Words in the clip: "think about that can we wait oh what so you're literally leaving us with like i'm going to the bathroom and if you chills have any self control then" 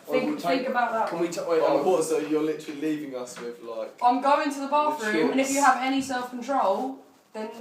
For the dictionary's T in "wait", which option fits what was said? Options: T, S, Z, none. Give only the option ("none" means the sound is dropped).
none